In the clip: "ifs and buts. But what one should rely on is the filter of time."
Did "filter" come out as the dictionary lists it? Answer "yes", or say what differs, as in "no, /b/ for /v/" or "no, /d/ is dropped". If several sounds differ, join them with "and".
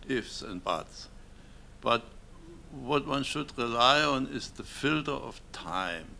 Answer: yes